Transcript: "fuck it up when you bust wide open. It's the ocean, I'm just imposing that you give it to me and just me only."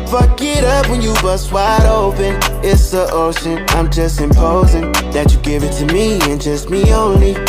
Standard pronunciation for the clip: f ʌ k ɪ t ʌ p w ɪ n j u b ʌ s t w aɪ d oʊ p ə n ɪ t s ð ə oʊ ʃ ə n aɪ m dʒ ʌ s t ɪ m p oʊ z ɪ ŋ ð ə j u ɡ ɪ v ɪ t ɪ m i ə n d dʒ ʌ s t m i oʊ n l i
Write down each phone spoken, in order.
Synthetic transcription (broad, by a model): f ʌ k ɪ t ʌ p w ɪ n j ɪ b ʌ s w aɪ d oʊ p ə n ɪ t s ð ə oʊ ʃ ə n aɪ m dʒ ʌ s t ɪ m p oʊ z ɪ ŋ ð ə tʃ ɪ ɡ ɪ v ɪ t ɪ m i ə n dʒ ʌ s t m i oʊ n l i